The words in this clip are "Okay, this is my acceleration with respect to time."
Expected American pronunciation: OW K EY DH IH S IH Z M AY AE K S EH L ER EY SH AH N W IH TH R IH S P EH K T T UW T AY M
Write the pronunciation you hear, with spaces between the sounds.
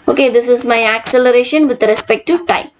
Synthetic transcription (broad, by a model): OW K EY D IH S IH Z M AY AE K S EH L ER EY SH AH N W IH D R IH S P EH K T T UW T AY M